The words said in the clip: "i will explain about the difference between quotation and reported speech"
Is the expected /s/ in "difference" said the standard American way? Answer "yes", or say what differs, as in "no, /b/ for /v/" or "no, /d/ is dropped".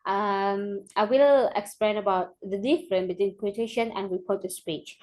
no, /s/ is dropped